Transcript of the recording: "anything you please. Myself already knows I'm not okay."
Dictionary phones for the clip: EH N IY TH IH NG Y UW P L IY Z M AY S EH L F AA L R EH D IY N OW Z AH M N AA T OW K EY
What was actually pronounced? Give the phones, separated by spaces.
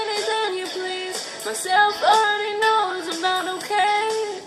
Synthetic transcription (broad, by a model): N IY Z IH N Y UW P L IY Z M AY S EH L F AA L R EH D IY N OW AH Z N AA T OW K EY